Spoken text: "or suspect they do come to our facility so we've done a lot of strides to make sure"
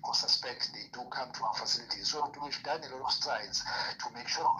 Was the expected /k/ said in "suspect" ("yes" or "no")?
yes